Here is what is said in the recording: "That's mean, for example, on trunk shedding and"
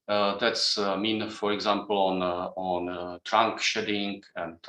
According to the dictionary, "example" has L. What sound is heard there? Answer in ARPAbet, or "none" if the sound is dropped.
N